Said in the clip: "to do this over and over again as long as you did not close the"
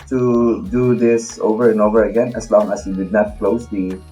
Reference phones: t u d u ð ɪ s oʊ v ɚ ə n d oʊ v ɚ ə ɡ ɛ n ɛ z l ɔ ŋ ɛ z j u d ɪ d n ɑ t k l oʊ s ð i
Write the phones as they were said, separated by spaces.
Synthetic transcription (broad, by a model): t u d u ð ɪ s oʊ v ɚ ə n oʊ v ɚ ə ɡ ɛ n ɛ s l ɔ ŋ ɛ s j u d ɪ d n ɑ t k l oʊ s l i